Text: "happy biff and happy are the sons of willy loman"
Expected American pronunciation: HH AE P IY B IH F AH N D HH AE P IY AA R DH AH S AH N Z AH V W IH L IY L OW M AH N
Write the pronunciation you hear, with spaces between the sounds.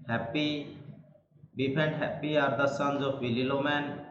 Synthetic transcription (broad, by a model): HH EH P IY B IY P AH N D HH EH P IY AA R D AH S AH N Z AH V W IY L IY L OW M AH N